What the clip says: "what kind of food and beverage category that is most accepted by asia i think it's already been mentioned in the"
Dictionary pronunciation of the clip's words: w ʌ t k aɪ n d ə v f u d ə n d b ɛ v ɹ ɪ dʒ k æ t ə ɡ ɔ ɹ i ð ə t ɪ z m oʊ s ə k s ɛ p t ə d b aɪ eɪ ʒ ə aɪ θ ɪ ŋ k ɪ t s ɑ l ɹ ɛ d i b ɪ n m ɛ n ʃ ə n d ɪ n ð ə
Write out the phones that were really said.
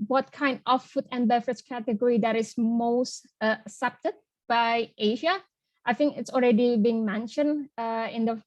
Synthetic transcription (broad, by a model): w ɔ t k aɪ n d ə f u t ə n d b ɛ f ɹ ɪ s k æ t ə ɡ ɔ ɹ i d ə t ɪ s m oʊ s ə s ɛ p t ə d b aɪ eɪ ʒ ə aɪ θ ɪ ŋ k ɪ t s ɑ l ɹ ɛ d i b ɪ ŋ m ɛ n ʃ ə n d ɪ n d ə